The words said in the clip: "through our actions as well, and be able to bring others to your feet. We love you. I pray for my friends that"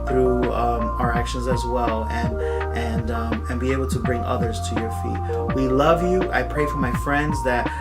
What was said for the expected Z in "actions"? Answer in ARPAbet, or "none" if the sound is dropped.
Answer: Z